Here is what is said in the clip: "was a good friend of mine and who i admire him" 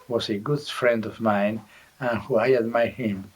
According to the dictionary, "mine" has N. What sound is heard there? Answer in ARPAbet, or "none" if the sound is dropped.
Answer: N